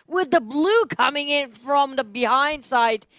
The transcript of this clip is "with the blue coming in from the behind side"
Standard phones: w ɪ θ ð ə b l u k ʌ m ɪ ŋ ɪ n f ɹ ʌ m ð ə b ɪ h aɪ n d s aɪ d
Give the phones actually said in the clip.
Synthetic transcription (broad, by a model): w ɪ ð ə b l u k ʌ m ɪ ŋ ɪ n f ɹ ʌ m ð ə b ɪ h aɪ n d s aɪ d